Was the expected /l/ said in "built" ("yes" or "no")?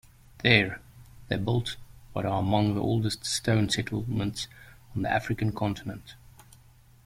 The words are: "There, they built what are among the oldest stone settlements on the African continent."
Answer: yes